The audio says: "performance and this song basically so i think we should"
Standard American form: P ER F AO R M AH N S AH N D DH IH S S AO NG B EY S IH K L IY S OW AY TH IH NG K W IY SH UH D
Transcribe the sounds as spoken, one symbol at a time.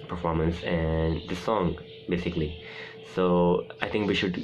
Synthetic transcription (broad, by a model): P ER F AO R M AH N S AH N D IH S S AO NG B EY S IH K L IY S OW AY T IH NG K W IY SH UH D